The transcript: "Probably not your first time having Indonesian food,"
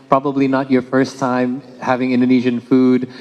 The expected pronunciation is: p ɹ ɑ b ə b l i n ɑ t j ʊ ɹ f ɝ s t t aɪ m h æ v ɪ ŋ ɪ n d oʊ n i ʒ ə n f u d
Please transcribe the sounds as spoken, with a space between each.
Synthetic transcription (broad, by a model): p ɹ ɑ b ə b l i n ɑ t j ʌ ɹ f ɝ s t t aɪ m h æ v ɪ ŋ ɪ n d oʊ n i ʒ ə n f u d